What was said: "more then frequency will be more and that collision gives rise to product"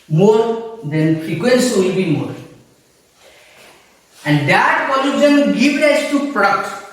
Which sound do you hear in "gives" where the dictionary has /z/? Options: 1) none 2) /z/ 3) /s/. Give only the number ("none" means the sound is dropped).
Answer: 1